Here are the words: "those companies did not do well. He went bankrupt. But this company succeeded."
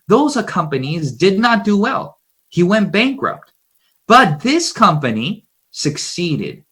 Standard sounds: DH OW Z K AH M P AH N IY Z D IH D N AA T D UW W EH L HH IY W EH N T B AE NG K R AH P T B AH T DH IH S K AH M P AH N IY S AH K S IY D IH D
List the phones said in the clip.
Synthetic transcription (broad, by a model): DH OW Z K AH M P AH N IY Z D IH D N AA T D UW W EH L HH IY W EH N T B AE NG K R AH P T B AH T DH IH S K AH M P AH N IY S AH K S IY D IH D